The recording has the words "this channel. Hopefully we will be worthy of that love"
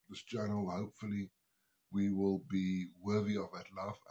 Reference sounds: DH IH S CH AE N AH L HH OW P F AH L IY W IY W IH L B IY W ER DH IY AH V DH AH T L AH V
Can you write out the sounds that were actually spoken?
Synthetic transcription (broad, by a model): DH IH S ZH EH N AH L HH OW P F AH L IY W IY W IH L B IY W ER DH IY AH V DH AH T L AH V